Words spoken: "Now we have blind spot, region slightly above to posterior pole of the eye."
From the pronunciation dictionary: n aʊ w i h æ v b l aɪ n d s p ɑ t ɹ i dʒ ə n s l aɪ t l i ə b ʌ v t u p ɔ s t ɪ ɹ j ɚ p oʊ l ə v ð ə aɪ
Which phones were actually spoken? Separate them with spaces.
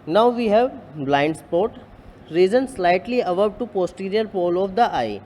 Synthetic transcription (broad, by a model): n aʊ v i h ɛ v b l aɪ n d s p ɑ t ɹ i z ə n s l aɪ t l i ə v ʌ b t u p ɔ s t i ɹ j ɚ p oʊ l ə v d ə aɪ